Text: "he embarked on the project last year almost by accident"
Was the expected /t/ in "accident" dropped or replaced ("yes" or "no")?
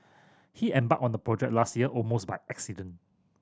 yes